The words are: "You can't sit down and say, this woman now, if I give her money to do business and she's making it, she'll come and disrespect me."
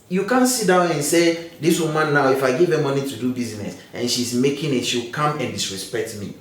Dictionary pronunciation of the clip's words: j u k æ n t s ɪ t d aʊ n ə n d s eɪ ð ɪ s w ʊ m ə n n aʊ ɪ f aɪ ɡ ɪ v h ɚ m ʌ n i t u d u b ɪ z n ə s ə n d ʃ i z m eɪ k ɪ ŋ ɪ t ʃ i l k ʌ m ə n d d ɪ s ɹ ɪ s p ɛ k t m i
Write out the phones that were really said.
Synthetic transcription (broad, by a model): j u k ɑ n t s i t d aʊ n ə n s eɪ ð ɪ s w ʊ m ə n n aʊ ɪ f aɪ ɡ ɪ v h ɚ m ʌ n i t u d u b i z n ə s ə n ʃ i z m eɪ k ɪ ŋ ɪ t ʃ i w k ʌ m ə n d d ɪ s ɹ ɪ s p ɛ k t m i